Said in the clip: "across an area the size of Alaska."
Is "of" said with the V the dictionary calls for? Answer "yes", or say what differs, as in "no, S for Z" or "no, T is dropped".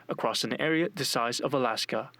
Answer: yes